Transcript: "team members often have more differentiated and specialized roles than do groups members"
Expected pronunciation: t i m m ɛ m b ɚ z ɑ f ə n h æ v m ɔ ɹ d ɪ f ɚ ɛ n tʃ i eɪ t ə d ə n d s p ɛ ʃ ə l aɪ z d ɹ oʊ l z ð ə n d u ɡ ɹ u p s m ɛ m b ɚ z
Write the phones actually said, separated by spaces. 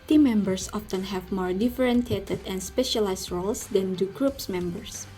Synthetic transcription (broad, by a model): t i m m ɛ m b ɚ s ɑ f ə n h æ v m ɔ ɹ d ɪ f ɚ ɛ n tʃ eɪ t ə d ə n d s p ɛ ʃ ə l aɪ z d ɹ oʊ l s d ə n d u ɡ ɹ u p s m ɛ m b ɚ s